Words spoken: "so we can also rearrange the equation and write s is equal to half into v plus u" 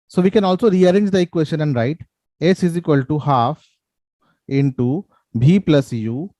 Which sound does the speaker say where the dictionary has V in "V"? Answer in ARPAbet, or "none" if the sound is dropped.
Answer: B